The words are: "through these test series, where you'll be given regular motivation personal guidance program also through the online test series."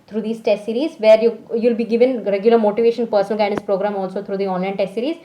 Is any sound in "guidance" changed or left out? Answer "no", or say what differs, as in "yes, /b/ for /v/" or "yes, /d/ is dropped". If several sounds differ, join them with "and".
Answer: yes, /n/ is dropped